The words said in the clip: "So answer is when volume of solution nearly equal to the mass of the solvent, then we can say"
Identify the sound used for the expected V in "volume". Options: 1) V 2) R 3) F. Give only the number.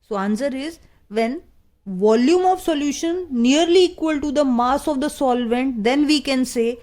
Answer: 1